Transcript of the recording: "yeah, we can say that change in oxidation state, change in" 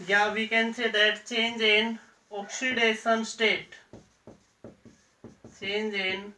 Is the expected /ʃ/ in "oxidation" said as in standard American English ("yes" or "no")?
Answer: no